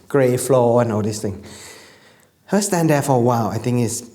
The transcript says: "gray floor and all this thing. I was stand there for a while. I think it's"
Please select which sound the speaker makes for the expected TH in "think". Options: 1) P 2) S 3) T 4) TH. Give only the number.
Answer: 3